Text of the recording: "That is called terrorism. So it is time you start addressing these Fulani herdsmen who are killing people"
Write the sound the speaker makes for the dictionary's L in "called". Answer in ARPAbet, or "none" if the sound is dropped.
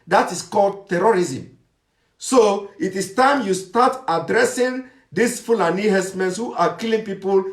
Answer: L